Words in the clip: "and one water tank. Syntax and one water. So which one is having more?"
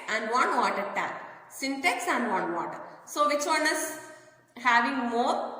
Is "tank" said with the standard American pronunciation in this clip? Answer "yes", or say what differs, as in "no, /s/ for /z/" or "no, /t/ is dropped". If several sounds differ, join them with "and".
no, /ŋ/ is dropped